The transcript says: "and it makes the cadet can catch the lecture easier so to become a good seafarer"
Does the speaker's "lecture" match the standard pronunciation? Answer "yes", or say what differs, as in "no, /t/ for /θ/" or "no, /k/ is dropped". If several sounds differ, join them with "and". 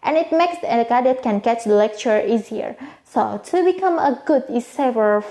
yes